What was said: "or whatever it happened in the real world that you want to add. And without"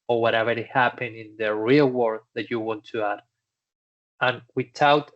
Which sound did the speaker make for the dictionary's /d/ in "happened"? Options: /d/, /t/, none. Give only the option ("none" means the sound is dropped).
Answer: none